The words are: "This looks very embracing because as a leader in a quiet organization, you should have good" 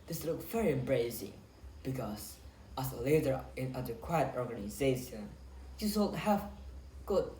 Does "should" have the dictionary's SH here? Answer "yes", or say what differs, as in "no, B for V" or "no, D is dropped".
no, S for SH